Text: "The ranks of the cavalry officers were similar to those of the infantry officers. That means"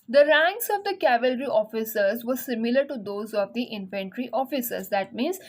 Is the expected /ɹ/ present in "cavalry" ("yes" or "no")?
yes